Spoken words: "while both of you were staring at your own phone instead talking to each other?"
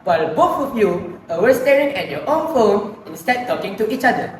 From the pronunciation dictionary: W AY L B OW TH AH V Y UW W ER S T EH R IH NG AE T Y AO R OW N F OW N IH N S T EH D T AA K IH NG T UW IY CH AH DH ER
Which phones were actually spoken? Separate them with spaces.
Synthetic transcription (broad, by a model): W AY L B OW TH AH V Y UW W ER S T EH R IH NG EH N Y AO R OW N F OW N IH N S T EH D T AA K IH NG T UW IY CH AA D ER